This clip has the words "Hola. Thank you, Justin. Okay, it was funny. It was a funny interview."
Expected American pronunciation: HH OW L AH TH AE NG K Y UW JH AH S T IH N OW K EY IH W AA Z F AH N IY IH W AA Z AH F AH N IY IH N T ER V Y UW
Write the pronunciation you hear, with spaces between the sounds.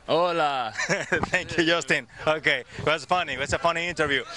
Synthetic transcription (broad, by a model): OW L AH T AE NG K Y UW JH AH S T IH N OW K EY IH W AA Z F AH N IY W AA S AH F AH N IY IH N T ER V Y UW